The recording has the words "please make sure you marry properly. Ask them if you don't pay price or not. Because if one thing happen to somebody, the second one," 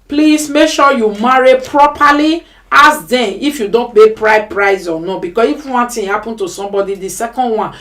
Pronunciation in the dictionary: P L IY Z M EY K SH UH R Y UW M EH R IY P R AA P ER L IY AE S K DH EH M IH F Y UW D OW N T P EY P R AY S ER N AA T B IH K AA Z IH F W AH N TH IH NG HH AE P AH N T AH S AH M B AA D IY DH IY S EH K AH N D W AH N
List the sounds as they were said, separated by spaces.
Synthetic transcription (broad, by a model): P L IY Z M EY K SH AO Y UW M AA R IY P R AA P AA L IY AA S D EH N IH F Y UW D OW N T B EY P R AY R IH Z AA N B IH K AA S IH F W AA N T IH HH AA P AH N T AH S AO M B AA D IY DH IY S EH K AH N D W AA N